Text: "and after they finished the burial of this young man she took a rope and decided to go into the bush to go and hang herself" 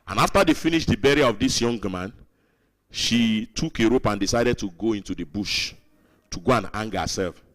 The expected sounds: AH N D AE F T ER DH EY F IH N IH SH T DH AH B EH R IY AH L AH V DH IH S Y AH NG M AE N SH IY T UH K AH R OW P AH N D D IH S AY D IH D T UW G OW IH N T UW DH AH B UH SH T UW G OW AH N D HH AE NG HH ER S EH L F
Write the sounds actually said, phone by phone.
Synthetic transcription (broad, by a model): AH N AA F T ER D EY F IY N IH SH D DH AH B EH R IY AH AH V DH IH S Y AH NG M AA N SH IY T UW K AH R OW P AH N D D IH S AY D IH D T UW G OW IH N T UW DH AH B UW SH T UW G OW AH N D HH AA NG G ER S EH L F